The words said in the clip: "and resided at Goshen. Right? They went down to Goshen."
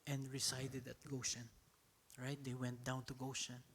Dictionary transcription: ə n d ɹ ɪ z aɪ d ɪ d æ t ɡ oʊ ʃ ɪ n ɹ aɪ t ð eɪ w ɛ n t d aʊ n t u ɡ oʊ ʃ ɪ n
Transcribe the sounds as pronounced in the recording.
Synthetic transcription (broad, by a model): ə n d ɹ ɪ s aɪ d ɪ d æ t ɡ oʊ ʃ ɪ n ɹ aɪ t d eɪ w ɛ n t d aʊ n t u ɡ oʊ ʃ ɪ n